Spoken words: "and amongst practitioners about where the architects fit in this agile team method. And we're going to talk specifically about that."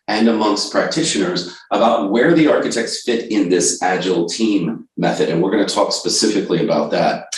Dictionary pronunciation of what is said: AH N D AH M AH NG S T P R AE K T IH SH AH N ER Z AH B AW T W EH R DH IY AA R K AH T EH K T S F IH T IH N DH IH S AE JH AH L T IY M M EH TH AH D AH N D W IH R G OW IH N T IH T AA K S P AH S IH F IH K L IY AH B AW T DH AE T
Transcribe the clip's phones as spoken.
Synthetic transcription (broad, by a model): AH N AH M AH NG S T P R AE K T IH SH AH N ER Z AH B AW T W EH R DH IY AA R K AH T EH K T S F IH T IH N DH IH S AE JH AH L T IY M M EH TH AH D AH N W IH R G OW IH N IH T AA K S P AH S IH F IH K L IY AH B AW T DH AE T